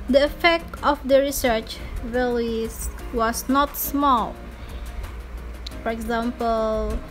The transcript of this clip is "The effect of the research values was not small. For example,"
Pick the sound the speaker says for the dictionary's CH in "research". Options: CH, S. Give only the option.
CH